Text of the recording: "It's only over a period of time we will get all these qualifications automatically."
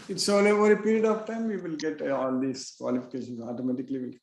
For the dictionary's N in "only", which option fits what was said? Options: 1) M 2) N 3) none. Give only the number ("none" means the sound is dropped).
3